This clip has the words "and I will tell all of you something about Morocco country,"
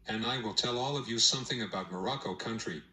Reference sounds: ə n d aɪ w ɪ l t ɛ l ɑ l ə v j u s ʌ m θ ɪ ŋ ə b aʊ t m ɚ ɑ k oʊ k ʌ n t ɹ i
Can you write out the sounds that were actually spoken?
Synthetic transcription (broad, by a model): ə n aɪ w ɪ l t ɛ l ɑ l ə v j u s ʌ m θ ɪ ŋ ə b aʊ t m ɚ ɑ k oʊ k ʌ n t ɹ i